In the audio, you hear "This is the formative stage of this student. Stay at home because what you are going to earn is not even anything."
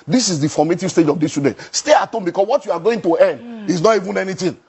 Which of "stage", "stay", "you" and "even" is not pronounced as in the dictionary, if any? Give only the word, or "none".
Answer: none